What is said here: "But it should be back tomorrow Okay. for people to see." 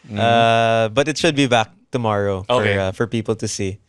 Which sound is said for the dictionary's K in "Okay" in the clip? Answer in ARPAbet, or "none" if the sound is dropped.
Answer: none